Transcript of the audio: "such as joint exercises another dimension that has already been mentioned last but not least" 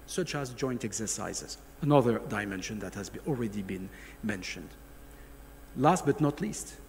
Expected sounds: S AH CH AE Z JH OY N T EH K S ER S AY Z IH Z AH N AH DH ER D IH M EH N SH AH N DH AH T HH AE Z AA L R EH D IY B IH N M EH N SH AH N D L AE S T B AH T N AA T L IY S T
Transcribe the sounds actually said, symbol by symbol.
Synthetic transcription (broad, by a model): S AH CH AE Z JH OY N T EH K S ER S AY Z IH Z AH N AH DH ER D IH M EH N SH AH N DH AH T HH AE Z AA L R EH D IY B IH N M EH N SH AH N D L AE S T B AH T N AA T L IY S T